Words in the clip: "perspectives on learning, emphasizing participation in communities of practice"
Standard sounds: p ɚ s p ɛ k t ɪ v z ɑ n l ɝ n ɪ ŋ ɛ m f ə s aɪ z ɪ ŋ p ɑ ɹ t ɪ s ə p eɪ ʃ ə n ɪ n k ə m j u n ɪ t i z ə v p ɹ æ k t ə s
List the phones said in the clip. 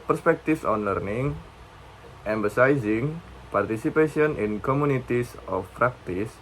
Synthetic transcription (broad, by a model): p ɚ s p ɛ k t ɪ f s ɑ n l ɝ n ɪ ŋ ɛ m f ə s aɪ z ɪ ŋ p ɑ ɹ t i s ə p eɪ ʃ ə n ɪ n k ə m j u n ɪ t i s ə f p ɹ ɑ k t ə s